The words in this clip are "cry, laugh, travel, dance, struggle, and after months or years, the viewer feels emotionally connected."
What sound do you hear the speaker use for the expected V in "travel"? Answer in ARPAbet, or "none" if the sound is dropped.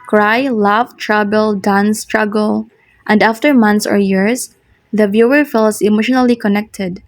B